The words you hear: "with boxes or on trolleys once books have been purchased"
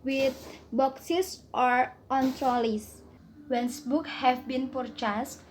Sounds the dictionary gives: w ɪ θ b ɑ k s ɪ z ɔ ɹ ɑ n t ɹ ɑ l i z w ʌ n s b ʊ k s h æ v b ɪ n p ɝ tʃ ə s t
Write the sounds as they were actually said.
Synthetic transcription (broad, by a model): w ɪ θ b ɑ k s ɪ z ɔ ɹ ɑ n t ɹ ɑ l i s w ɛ n s b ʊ k h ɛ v b ɪ n p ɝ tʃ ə s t